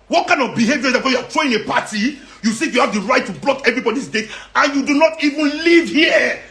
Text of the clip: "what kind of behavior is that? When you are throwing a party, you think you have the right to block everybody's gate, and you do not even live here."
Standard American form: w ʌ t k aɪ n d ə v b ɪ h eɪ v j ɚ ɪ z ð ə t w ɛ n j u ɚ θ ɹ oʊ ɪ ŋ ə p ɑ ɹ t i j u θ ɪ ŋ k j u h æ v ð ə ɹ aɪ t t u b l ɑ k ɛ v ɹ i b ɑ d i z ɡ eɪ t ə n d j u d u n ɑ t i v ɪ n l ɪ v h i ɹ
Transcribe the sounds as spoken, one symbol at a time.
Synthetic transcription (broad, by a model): w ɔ t k aɪ n d ə v b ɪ h eɪ v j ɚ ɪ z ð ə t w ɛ j u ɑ t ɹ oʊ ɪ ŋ ə p ɑ t i j u s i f j u h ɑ v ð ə ɹ aɪ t t u b l ɑ k ɛ v ɹ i b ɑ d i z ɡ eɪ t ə n j u d u n ɑ t i v ɪ n l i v h i